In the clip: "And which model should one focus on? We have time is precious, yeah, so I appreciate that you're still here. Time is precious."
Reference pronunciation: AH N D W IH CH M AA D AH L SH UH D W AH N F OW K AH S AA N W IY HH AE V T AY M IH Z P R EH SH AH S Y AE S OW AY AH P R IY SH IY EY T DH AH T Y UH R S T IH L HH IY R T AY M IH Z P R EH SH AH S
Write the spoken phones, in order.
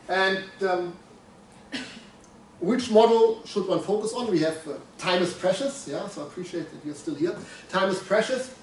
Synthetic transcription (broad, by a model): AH N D W IH CH M AA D L SH UH D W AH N F OW K AH S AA N W IY HH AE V T AY M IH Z P R EH SH AH S Y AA S OW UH AH P R IY SH IY EY T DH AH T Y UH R S T IH L HH IY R T AY M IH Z P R EH SH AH S